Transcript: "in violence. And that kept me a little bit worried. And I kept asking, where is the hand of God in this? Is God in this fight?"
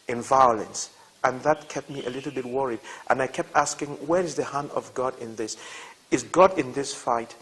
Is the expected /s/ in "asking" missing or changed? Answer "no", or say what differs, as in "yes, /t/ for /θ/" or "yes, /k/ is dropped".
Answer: no